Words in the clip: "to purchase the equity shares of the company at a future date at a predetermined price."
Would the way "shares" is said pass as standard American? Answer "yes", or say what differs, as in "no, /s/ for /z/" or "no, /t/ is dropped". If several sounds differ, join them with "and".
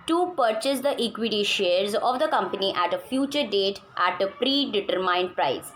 yes